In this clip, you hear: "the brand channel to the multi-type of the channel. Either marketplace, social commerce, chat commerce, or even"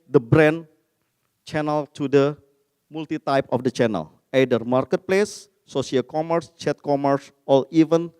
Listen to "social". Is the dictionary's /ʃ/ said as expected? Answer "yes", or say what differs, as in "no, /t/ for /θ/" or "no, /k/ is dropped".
no, /ʃ/ is dropped